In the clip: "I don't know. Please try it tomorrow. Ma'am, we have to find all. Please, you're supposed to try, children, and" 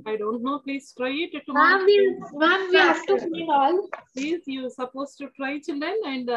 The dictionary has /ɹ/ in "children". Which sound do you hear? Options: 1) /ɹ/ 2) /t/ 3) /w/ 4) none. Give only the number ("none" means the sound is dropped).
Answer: 4